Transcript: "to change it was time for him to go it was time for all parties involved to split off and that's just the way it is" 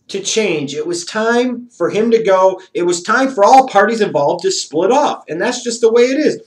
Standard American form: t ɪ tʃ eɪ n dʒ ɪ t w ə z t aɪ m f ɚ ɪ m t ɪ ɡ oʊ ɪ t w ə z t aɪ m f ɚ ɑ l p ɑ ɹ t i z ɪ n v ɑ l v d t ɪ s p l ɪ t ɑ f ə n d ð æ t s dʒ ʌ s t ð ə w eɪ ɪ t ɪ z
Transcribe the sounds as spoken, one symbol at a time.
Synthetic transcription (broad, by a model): t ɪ tʃ eɪ n dʒ ɪ t w ə z t aɪ m f ɚ ɪ m t ɪ ɡ oʊ ɪ t w ə z t aɪ m f ɚ ɑ l p ɑ ɹ t i z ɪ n v ɑ l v t ɪ s p l ɪ t ɑ f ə n ð æ t s dʒ ʌ s t ð ə w eɪ ɪ t ɪ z